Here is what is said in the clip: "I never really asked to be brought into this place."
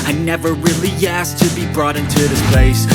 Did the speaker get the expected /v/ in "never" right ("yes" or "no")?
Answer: yes